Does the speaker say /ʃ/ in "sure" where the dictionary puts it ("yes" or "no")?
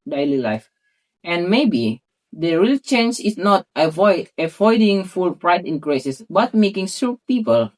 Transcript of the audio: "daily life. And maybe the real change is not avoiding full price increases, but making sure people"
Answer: no